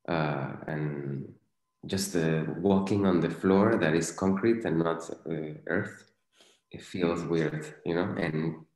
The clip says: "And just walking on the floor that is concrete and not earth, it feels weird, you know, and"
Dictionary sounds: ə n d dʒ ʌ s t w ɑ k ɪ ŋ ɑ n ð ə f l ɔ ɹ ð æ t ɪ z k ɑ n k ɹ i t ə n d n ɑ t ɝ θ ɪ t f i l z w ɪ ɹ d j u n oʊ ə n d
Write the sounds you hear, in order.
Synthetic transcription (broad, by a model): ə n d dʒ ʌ s t w ɑ k ɪ ŋ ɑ n ð ə f l ɔ ɹ ð æ t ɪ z k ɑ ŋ k ɹ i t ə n n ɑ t ɝ θ ɪ t f i l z w ɪ ɹ d j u n oʊ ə n